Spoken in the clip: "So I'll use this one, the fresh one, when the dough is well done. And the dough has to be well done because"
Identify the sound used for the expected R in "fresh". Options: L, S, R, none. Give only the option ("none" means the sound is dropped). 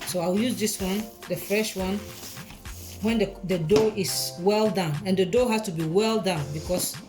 R